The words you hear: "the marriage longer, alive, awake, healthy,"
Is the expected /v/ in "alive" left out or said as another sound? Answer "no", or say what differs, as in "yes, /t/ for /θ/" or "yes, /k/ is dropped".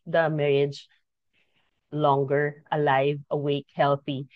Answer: no